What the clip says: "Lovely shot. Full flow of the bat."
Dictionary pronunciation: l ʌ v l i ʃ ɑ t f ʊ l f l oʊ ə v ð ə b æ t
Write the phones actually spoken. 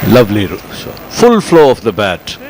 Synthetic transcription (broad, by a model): l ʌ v l i s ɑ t f ʊ l f l oʊ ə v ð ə b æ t